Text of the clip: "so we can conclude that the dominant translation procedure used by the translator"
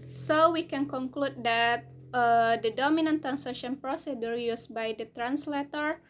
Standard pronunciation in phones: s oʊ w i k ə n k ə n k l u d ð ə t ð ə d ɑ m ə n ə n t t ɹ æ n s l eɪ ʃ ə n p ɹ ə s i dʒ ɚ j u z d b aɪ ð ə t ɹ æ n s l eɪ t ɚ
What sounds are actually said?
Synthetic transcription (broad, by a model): s oʊ w i k ə n k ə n k l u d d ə t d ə d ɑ m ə n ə n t t ɹ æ n s eɪ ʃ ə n p ɹ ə s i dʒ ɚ j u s b aɪ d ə t ɹ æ n s l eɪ t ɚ